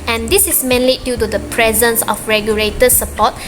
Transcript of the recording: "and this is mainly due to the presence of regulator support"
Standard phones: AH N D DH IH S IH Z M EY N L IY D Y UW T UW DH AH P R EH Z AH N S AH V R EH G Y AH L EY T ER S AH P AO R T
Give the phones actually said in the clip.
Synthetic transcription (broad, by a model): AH N D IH S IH S M EY N L IY D Y UW T UW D AH P R EH Z AH N S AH F R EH G Y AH L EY T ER S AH P AO T